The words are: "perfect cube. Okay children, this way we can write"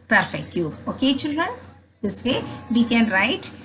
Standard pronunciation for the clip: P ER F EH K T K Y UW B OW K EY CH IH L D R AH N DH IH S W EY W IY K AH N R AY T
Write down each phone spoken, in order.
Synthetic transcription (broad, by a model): P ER F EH K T Y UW OW K EY CH IH L D R AH N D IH S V EY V IY K AH N R AY T